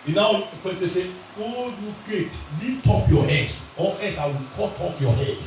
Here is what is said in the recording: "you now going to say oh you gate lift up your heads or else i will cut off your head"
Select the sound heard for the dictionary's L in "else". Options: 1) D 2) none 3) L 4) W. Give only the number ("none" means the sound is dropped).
2